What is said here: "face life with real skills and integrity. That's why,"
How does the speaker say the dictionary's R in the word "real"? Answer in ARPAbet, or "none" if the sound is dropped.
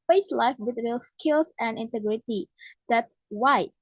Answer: R